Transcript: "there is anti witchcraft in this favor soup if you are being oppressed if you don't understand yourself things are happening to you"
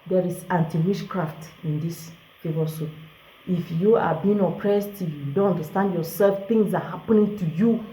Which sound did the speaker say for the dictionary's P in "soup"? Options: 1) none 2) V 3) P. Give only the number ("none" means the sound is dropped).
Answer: 1